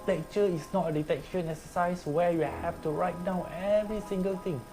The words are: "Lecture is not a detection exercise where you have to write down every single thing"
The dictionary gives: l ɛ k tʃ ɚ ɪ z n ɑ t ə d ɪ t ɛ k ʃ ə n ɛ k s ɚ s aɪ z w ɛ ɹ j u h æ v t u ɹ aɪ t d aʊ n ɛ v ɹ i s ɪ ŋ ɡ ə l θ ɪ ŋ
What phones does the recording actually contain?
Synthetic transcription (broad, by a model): l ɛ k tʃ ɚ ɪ s n ɑ t ə d ɪ t ɛ k ʃ ə n ɛ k s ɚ s aɪ s w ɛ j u h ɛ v t u ɹ aɪ t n aʊ ɛ v ɹ i s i ŋ ɡ ə l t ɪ ŋ